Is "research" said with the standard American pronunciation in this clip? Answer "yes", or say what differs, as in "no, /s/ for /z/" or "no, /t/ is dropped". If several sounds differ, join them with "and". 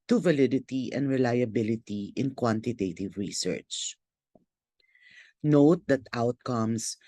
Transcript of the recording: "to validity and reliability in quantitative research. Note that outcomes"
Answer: yes